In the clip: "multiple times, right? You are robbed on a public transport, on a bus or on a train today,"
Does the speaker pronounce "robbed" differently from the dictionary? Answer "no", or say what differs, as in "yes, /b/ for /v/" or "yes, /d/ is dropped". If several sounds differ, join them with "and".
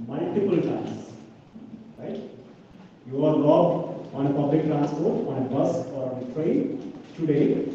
yes, /l/ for /ɹ/